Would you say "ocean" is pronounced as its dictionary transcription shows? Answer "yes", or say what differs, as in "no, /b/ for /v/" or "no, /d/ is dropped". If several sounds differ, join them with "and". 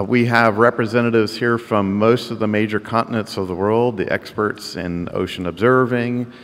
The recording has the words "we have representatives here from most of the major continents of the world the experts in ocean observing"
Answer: yes